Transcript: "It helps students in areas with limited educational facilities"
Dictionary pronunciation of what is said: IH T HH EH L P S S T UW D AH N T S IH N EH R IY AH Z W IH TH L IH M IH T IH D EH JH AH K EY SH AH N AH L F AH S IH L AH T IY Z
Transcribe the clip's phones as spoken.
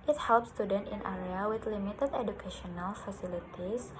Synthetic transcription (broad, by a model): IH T HH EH L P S S T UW D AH N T IH N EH R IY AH W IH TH L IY M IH T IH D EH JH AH K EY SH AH N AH L F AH S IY L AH T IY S